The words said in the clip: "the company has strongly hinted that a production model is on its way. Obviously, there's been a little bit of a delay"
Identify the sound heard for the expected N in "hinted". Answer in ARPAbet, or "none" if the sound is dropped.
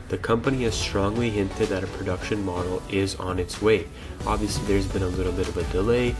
N